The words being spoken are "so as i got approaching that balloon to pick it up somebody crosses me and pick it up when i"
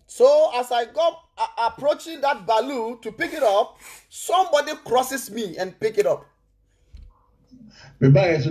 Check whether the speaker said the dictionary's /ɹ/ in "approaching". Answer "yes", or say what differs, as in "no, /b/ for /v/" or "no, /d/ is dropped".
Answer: yes